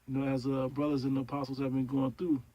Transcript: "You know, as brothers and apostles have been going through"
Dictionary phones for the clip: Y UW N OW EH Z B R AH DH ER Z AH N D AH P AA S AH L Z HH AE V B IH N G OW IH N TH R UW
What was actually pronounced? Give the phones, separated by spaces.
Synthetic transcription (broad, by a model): Y N OW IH Z B R AH DH ER Z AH N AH P AA S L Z HH AE V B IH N G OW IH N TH R UW